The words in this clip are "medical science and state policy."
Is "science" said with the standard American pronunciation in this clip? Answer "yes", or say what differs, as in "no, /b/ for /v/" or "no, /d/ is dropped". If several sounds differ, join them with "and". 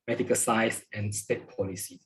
no, /n/ is dropped